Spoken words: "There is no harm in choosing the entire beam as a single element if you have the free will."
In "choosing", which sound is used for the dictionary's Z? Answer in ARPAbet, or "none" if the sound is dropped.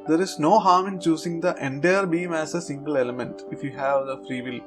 S